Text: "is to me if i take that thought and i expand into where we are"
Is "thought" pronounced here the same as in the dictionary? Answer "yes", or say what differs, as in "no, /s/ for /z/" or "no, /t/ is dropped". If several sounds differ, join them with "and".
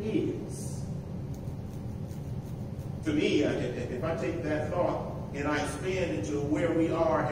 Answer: yes